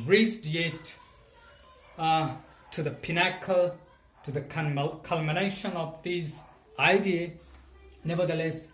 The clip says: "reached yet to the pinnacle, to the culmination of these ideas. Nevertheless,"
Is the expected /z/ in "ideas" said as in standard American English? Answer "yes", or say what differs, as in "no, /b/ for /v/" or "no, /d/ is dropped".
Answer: no, /z/ is dropped